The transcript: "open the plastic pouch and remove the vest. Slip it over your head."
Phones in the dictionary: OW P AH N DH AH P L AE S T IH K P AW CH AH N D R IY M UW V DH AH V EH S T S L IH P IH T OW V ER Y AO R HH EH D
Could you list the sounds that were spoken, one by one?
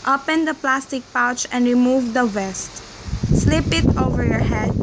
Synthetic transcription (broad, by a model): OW P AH N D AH P L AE S T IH K P AW CH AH N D R IY M UW V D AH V EH S T S L IH P IH T OW V ER Y AO R HH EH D